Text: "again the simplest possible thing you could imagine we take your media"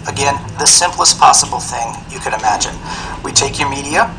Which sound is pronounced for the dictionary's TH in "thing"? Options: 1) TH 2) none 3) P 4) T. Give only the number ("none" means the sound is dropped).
1